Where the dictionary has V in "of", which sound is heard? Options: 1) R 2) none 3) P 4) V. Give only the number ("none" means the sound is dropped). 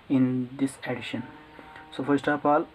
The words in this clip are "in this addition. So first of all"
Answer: 3